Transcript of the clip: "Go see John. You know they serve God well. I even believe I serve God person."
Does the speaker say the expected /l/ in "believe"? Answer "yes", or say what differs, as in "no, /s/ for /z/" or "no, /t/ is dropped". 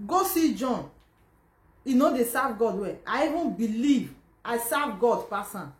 yes